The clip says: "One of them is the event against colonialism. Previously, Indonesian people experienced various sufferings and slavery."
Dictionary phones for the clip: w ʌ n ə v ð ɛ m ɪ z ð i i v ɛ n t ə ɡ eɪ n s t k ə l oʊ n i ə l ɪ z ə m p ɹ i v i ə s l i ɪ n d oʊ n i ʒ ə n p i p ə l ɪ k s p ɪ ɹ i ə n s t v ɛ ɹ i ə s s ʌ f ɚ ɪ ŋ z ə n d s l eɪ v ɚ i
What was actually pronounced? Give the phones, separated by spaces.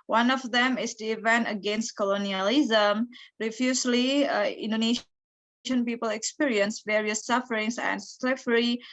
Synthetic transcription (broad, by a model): w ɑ n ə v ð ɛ m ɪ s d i i v ɛ n t ə ɡ eɪ n s t k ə l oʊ n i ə l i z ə m ɹ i f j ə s l i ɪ n d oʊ n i ʃ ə n p i p ə l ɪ k s p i ɹ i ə n s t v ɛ ɹ i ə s s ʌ f ɚ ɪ ŋ s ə n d s l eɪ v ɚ i